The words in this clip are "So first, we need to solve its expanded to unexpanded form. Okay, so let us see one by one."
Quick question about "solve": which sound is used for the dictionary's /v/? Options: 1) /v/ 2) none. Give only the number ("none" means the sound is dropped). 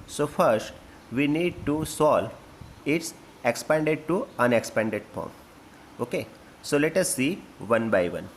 2